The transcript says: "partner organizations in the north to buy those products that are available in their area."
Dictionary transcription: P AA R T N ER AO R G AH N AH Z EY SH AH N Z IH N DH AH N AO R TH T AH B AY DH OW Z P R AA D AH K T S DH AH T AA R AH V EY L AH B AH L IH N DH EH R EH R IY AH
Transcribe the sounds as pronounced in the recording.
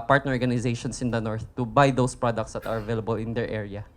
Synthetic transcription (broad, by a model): P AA R T N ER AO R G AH N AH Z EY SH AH N S IH N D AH N AO R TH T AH B AY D OW S P R AA D AH K T S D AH T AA R AH V EY L AH B AH L IH N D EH R EH R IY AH